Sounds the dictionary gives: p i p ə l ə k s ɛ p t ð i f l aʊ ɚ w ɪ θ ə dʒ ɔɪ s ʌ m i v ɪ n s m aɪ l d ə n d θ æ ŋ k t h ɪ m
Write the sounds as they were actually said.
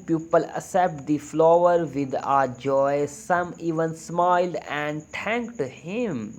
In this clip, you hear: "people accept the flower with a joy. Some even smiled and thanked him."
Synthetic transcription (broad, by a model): p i p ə l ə s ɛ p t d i f l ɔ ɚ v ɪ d ə dʒ ɔɪ s ʌ m i v ɪ n s m aɪ l d ə n d t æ ŋ k t h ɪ m